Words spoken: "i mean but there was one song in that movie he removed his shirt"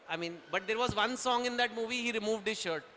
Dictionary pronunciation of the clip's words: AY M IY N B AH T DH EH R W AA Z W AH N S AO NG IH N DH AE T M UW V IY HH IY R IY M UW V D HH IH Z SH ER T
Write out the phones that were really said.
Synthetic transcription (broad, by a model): AY M IY N B AH T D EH R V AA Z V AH N S AO NG IH N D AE T M UW V IY HH IY R IY M UW V D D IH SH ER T